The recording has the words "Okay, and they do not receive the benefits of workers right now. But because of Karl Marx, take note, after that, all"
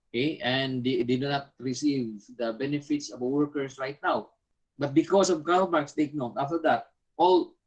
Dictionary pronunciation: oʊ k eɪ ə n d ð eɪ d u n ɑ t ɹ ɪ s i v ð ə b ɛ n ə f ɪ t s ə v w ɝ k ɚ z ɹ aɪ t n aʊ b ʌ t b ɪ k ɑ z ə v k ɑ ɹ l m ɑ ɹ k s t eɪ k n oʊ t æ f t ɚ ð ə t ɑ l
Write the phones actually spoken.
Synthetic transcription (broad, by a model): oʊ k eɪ ə n d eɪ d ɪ n ɑ t ɹ ɪ s i v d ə b ɛ n ə f ɪ t s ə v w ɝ k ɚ s ɹ aɪ t n aʊ b ʌ t b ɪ k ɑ s ə v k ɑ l m ɑ ɹ k s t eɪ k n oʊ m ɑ f t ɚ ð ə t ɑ l